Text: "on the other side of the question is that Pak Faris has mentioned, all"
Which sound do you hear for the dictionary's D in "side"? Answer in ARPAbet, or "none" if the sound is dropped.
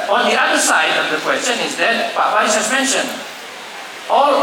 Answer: D